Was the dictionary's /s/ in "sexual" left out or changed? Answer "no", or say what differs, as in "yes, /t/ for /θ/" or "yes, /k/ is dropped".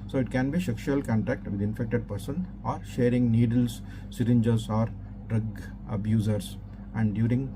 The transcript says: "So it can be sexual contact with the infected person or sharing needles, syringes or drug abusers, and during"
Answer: yes, /ʃ/ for /s/